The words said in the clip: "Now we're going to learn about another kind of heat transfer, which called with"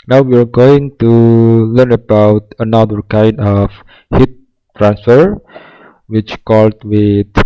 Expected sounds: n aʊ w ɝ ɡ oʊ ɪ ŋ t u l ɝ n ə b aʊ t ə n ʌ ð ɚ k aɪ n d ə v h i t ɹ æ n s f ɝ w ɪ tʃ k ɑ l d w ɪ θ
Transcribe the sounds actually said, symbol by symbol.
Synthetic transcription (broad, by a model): n aʊ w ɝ ɡ oʊ ɪ ŋ t u l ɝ n ə b aʊ t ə n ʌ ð ɚ k aɪ n d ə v h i t ɹ æ n s f ɝ w ɪ tʃ k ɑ l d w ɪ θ